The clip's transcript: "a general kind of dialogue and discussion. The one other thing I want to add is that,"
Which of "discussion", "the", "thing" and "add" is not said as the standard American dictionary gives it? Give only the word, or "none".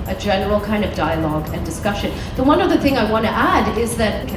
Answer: none